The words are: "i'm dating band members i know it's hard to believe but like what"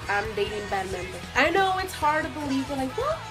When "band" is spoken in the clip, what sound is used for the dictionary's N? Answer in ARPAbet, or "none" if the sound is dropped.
none